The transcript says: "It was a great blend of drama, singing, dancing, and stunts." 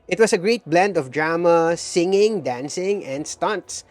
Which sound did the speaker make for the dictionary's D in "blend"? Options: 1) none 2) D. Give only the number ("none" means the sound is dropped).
2